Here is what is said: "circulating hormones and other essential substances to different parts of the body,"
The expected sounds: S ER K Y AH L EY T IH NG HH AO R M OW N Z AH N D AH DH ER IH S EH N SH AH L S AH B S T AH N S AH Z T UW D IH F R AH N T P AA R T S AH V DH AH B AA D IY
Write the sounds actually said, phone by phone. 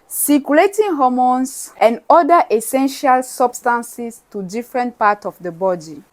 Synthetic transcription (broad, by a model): S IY K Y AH L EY T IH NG HH AO M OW N S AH N D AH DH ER IH S EH N SH AH L S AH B S T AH N S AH S T UW D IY F R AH N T P AA T AH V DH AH B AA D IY